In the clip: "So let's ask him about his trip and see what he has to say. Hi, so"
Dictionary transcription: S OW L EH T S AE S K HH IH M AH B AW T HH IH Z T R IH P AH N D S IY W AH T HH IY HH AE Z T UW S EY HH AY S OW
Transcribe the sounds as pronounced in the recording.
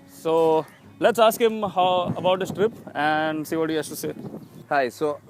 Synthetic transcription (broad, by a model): S OW L EH T S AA S K HH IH M AH B AW T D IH S T R IH P AH N D S IY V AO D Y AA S T UW S EY HH AY S OW